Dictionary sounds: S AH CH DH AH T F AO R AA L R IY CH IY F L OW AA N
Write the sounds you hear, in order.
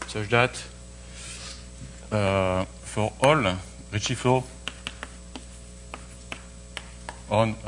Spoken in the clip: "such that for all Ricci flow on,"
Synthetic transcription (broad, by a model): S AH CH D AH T F AO R AA L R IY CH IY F OW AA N